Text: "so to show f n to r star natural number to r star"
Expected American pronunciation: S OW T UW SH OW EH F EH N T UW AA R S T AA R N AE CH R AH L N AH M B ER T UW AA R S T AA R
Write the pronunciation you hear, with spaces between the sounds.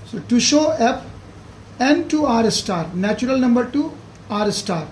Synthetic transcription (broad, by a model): S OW T UW SH OW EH P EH N T UW AA R S T AA R N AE CH R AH L N AH M B ER T UW AA R S T AA R